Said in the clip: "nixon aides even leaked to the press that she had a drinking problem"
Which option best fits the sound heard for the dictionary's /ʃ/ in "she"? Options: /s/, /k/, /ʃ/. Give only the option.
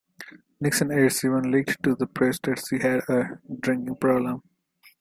/s/